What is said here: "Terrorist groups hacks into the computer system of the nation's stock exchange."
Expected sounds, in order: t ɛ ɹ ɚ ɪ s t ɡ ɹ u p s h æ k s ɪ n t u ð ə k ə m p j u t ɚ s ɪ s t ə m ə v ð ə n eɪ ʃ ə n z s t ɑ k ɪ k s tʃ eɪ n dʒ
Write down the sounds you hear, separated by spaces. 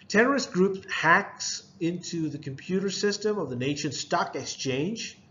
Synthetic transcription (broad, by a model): t ɛ ɹ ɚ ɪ s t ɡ ɹ u p h æ k s ɪ n t u ð ə k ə m p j u t ɚ s ɪ s t ə m ə v ð ə n eɪ ʃ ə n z s t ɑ k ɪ k s tʃ eɪ n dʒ